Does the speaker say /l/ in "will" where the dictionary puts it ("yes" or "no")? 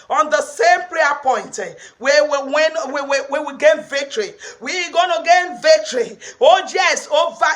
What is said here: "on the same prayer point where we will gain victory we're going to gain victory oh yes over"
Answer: no